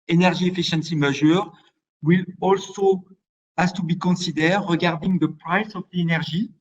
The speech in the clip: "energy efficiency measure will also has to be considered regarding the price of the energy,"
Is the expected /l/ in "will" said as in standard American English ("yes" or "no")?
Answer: yes